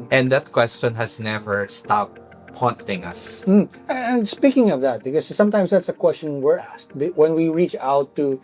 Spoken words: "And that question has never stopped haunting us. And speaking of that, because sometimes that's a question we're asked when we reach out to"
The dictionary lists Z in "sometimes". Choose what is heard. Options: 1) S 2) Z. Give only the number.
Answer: 1